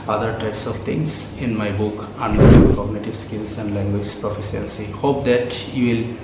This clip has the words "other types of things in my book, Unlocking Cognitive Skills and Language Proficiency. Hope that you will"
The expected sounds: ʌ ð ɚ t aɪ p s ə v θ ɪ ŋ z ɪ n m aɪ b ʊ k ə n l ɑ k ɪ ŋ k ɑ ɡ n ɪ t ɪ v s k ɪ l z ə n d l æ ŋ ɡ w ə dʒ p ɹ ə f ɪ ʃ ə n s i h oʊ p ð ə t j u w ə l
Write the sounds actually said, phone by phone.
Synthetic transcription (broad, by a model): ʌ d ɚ t aɪ p s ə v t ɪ ŋ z ɪ n m aɪ b ʊ k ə n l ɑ ɪ k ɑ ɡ n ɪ t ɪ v s k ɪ l s ə n d l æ ŋ ɡ w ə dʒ p ɹ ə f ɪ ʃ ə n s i h oʊ p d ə t j u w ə l